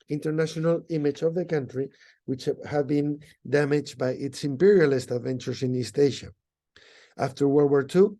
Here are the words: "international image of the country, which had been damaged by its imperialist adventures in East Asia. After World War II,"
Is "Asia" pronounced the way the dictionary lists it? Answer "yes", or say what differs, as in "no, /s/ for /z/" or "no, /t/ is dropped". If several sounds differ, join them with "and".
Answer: no, /ʃ/ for /ʒ/